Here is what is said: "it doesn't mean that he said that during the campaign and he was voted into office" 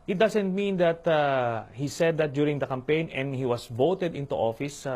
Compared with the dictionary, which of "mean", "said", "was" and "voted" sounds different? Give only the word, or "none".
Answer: was